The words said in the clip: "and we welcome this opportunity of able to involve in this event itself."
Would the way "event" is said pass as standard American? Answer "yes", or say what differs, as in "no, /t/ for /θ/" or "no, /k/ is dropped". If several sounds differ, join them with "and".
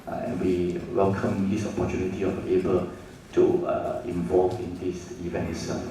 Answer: no, /t/ is dropped